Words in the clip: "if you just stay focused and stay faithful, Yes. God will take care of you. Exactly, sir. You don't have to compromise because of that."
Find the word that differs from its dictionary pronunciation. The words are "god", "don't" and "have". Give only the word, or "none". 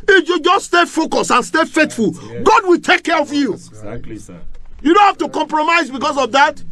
have